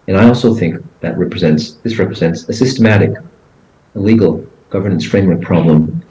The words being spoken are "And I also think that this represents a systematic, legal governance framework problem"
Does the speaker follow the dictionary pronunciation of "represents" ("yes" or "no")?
yes